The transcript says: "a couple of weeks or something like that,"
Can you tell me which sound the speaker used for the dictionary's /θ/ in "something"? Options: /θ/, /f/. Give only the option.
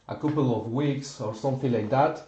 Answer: /f/